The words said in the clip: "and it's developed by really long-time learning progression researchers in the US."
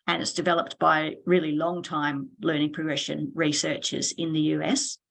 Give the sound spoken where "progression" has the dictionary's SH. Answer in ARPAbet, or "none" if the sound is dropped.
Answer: SH